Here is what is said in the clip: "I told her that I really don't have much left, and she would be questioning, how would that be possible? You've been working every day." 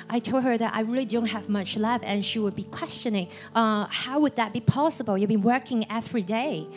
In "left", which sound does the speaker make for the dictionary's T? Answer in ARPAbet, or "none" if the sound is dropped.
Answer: none